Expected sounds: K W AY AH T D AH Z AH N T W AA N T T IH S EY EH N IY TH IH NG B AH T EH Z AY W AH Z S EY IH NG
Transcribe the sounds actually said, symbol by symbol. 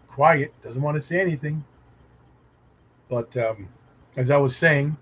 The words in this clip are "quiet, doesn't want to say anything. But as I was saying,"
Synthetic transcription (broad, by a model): K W AY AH T D AH Z AH N T W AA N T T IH S EY EH N IY TH IH NG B AH T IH Z AY W AH Z S EY IH NG